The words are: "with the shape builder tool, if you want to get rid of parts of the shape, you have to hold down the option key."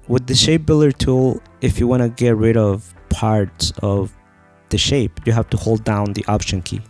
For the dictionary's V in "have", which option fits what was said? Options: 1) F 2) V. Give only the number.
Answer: 1